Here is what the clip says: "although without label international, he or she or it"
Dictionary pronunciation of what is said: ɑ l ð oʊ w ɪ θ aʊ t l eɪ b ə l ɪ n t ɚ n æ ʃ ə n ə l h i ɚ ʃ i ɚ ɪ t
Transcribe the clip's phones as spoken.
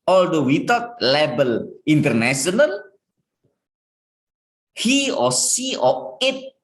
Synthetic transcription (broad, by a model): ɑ l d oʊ w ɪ t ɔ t l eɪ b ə l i n t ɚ n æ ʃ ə n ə l h i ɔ s i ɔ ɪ t